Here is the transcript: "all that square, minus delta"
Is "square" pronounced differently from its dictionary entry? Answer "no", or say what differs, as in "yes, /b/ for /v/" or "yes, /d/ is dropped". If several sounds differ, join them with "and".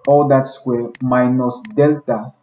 yes, /k/ is dropped